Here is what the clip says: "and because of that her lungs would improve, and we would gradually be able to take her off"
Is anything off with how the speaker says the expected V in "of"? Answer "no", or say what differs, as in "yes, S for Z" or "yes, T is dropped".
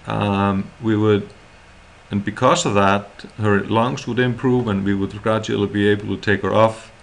no